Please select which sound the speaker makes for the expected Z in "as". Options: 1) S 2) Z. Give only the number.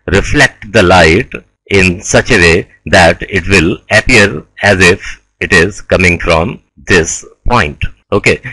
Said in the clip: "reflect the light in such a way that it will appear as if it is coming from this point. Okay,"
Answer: 2